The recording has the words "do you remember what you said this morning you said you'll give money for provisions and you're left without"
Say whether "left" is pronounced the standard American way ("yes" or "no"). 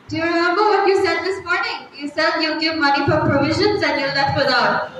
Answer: no